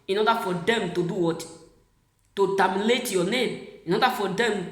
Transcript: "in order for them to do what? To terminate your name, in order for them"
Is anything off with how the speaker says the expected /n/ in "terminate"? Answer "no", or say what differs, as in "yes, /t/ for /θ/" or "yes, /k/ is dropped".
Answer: yes, /l/ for /n/